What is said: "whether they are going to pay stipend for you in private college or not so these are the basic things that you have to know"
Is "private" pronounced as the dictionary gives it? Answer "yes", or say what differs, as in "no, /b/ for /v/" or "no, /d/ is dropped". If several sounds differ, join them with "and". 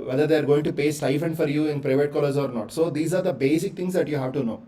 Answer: yes